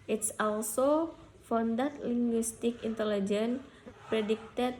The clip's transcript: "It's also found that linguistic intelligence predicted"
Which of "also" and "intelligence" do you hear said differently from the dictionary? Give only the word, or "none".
intelligence